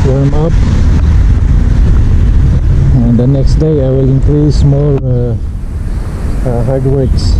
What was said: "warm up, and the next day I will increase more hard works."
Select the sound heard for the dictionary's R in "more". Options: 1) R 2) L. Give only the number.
2